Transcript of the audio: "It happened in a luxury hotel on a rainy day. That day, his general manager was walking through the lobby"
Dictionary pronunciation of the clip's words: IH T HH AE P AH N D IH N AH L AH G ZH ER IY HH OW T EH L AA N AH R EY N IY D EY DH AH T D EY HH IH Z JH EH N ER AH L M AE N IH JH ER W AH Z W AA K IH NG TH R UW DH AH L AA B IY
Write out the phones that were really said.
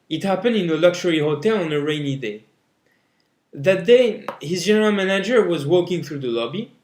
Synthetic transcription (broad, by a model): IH T HH AE P AH N D IH N AH L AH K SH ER IY HH OW T EH L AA N AH R EY N IY D EY DH AH T D EY HH IH Z JH EH N ER AH L M AE N IH JH ER W AH Z W AA K IH NG TH R UW DH AH L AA B IY